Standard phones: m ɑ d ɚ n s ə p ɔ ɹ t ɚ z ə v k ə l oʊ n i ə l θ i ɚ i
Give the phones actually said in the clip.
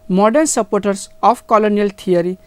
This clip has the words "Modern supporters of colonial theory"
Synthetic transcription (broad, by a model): m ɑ d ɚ n s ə p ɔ ɹ t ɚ s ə p k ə l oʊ n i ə l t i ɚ i